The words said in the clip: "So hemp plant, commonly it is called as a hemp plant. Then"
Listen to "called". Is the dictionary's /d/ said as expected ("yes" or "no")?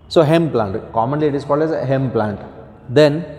yes